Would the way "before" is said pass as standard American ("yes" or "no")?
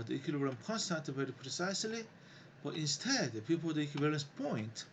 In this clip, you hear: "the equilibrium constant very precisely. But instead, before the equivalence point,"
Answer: no